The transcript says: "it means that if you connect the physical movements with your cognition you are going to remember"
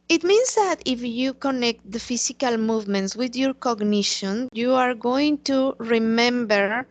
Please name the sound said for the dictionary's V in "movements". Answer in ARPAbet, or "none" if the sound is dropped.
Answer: V